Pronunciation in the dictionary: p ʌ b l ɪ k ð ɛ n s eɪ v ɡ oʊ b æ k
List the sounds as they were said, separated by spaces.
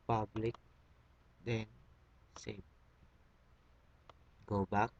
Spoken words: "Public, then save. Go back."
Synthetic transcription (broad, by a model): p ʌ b l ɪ k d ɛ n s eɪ p ɡ oʊ b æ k